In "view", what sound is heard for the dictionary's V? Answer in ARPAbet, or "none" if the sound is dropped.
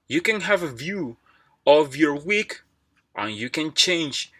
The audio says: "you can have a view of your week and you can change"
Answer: V